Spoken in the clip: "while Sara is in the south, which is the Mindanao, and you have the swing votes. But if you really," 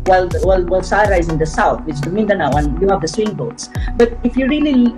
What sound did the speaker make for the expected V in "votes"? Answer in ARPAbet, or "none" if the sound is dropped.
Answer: B